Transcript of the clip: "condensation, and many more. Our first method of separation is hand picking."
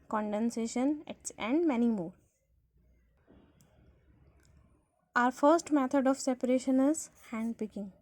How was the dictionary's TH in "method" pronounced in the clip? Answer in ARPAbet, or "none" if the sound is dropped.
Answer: T